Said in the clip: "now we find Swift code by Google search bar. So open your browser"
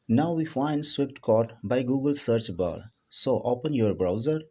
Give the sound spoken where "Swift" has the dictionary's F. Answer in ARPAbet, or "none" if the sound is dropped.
P